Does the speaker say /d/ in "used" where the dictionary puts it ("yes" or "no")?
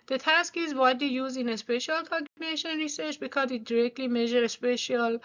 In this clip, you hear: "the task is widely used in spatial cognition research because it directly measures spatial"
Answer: no